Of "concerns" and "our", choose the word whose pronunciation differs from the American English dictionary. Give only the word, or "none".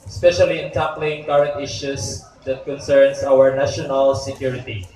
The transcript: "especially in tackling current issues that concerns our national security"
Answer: concerns